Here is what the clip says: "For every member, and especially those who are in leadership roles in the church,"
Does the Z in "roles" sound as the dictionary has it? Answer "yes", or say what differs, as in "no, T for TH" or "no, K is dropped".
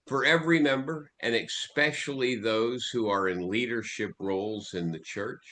yes